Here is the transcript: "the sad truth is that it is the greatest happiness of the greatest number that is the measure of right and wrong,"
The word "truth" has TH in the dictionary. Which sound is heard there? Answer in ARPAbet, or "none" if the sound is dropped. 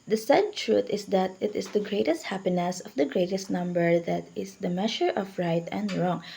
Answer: T